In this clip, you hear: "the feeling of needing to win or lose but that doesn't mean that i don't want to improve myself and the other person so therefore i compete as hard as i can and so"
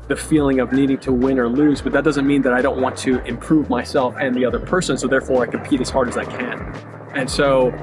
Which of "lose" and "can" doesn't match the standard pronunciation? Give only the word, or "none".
none